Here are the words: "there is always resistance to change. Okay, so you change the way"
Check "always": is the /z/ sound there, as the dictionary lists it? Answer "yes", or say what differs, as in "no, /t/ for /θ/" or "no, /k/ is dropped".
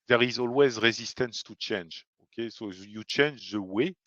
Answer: yes